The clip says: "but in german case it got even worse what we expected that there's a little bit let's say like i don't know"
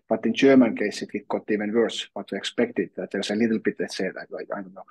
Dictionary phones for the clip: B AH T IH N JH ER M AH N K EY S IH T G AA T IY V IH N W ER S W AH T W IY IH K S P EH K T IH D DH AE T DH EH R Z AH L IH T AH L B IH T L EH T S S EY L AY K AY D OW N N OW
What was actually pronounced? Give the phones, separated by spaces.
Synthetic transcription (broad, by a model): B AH T IH N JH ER M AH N K EY S IH T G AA T IY V IH N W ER S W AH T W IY IH K S P EH K T IH D DH AE T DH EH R S AH L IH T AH L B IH T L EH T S S EY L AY AY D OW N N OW